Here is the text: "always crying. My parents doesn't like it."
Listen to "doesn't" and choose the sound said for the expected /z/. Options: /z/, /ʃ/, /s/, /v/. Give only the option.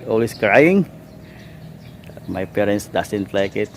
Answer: /s/